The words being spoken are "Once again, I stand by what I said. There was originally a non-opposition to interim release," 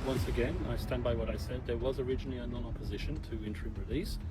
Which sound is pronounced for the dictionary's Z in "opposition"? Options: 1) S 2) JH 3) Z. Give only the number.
3